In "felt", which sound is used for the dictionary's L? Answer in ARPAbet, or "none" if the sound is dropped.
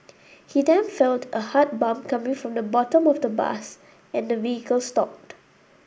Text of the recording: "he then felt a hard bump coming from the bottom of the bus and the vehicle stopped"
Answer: L